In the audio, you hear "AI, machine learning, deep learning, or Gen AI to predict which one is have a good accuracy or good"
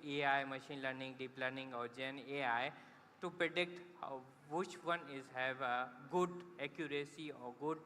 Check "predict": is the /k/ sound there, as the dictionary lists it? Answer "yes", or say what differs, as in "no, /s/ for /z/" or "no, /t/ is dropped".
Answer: yes